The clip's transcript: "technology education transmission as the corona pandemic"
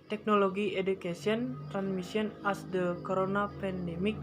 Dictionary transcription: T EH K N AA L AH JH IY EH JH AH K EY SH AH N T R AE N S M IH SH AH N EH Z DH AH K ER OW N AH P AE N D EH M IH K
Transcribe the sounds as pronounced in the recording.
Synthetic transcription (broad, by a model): T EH K N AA L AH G IY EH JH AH K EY S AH N T R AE N S M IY S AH N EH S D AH K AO OW N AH P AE N D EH M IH K